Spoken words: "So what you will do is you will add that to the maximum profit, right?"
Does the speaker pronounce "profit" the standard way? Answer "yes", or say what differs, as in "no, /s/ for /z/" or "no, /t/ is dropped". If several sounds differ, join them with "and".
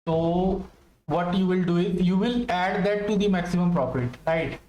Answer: no, /p/ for /f/